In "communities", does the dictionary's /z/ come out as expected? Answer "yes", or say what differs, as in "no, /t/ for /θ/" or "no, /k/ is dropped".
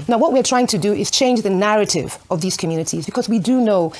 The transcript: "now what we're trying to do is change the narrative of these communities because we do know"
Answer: yes